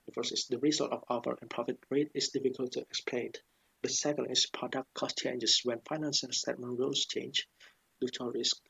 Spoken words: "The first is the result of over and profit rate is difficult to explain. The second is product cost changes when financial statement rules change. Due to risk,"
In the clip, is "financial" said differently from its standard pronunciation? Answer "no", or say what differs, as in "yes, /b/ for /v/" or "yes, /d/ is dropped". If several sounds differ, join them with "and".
yes, /s/ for /ʃ/